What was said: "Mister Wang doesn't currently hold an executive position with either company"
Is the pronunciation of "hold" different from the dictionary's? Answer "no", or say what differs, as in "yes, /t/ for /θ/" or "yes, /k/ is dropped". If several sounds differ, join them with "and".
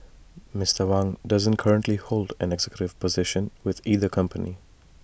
no